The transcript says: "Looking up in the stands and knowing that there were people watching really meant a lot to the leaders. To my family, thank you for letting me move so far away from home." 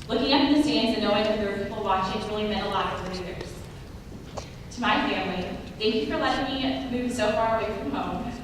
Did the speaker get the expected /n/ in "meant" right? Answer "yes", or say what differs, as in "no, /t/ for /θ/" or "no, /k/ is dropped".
no, /n/ is dropped